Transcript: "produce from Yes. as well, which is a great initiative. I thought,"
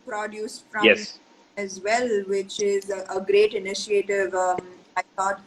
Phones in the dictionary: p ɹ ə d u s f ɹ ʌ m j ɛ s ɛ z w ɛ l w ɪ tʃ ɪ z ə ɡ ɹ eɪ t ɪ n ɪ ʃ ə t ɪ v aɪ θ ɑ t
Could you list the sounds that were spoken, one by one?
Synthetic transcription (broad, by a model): p ɹ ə d u s f ɹ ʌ j ɛ s ɛ z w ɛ l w ɪ tʃ ɪ z ə ɡ ɹ eɪ t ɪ n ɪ ʃ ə t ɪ v aɪ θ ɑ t